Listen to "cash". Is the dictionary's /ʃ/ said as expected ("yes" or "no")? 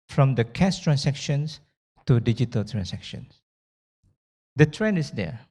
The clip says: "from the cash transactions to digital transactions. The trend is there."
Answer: no